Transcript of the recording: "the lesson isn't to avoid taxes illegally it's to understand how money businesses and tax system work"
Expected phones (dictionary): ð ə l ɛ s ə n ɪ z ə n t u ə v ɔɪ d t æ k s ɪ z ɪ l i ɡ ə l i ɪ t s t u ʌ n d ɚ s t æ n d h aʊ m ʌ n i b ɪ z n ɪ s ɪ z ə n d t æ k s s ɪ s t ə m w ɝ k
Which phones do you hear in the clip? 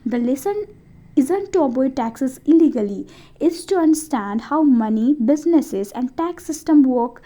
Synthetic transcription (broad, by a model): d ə l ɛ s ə n ɪ z ə n t u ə b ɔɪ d t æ k s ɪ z ɪ l i ɡ ə l i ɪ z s t u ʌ n d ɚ s t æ n d h aʊ m ʌ n i b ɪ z n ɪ s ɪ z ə n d t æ k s s ɪ s t ə m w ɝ k